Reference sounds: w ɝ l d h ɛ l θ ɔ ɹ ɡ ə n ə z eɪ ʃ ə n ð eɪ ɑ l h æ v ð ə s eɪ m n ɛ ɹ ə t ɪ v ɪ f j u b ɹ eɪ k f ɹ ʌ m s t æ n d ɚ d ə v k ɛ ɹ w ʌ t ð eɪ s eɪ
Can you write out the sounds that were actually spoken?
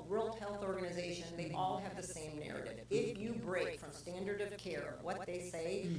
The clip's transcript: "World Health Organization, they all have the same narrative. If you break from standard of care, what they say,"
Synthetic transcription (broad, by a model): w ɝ l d h ɛ l θ ɔ ɹ ɡ ə n ə z eɪ ʃ ə n ð eɪ ɑ l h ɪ v ð ə s eɪ m n ɛ ɹ ə t ɪ v ɪ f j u b ɹ eɪ k f ɹ ʌ m s t æ n d ɚ d ə v k ɛ ɹ w ʌ t ð eɪ s eɪ